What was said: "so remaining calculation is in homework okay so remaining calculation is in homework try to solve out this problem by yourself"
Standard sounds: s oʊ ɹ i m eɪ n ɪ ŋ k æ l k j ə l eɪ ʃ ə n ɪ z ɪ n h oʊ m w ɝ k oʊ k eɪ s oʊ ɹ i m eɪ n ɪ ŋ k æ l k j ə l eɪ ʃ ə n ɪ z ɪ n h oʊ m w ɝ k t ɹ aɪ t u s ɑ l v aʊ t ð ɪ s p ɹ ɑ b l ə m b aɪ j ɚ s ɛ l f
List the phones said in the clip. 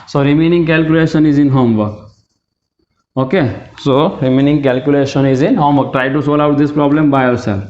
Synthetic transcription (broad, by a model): s oʊ ɹ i m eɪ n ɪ ŋ k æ l k j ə l eɪ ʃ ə n ɪ z ɪ n h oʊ m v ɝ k oʊ k eɪ s oʊ ɹ i m eɪ n ɪ ŋ k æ l k j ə l eɪ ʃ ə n ɪ z ɪ n h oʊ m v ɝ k t ɹ aɪ t u s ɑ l aʊ t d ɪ s p ɹ ɑ b l ə m b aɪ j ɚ s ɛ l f